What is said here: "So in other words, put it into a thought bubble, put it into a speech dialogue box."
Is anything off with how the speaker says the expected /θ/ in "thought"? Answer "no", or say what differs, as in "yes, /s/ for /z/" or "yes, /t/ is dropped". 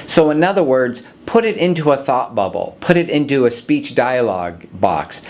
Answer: no